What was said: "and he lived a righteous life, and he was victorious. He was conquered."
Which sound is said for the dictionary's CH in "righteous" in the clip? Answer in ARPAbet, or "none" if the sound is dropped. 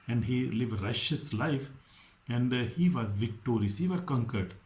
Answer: SH